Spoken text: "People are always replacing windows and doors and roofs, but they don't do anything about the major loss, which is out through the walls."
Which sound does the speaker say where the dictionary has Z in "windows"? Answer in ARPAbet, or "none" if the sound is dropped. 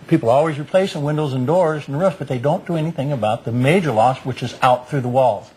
Z